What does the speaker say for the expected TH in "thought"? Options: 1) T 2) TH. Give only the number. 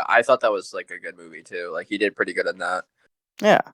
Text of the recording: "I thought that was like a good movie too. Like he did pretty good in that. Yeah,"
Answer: 2